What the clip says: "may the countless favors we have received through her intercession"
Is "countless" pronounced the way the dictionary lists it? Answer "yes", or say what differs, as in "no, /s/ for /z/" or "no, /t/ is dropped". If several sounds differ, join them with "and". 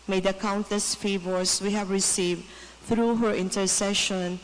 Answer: no, /l/ is dropped